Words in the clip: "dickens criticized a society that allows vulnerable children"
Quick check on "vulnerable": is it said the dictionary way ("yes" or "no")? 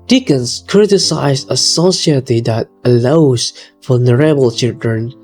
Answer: no